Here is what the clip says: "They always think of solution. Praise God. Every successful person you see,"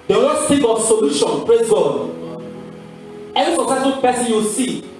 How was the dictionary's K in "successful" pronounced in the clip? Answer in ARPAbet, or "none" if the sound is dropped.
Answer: none